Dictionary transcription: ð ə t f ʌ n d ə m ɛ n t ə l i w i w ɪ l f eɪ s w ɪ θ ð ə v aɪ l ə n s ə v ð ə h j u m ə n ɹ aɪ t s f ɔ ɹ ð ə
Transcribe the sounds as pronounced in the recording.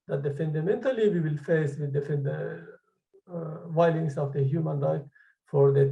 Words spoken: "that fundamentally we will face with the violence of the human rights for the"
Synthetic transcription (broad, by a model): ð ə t f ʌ n d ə m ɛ n t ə l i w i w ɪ l f eɪ s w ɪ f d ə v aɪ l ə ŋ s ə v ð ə h j u m ə n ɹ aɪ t f ɔ ɹ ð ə